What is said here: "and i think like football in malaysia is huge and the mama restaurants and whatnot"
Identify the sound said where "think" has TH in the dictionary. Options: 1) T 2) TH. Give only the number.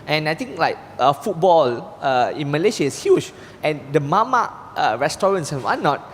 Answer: 1